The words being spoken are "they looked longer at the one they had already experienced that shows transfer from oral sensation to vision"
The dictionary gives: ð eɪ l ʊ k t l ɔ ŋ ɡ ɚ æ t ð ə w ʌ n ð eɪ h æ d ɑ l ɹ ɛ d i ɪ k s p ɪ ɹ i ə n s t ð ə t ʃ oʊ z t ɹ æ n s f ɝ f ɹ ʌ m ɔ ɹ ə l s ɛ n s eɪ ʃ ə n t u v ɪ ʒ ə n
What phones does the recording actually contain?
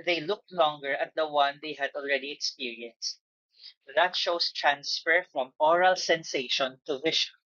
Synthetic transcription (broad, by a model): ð eɪ l ʊ k t l ɔ ŋ ɡ ɚ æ t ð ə w ʌ n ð eɪ h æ d ɑ l ɹ ɛ d i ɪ k s p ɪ ɹ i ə n s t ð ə t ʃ oʊ s t ɹ æ n s f ɝ f ɹ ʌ m ɔ ɹ ə l s ɛ n s eɪ ʃ ə n t u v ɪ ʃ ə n